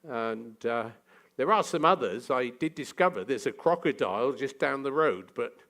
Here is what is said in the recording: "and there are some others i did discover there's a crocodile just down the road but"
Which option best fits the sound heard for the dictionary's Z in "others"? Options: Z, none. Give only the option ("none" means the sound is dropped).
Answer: Z